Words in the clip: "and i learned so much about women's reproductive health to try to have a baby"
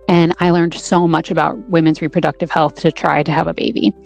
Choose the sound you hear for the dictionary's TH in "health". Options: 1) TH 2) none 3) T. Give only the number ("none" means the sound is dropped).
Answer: 1